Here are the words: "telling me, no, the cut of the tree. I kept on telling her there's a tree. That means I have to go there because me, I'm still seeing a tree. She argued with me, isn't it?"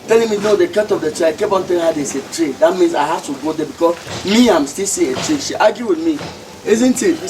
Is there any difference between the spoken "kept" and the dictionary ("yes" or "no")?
yes